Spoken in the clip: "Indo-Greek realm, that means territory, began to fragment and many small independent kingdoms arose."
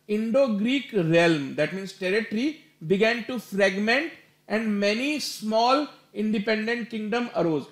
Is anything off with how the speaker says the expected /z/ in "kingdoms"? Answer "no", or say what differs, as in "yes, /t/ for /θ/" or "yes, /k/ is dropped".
yes, /z/ is dropped